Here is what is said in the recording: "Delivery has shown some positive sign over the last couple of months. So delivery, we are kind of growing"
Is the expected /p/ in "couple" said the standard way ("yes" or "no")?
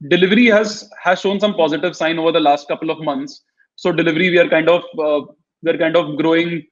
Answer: yes